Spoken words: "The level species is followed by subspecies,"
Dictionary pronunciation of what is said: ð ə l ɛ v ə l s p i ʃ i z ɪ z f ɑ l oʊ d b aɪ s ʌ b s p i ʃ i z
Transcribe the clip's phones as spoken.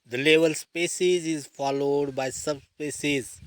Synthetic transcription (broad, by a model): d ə l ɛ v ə l s p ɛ s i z ɪ z f ɑ l oʊ d b aɪ s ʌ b s p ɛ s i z